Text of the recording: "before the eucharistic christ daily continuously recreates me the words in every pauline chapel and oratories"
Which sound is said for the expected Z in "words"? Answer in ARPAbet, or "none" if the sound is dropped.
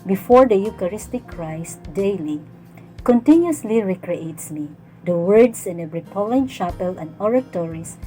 S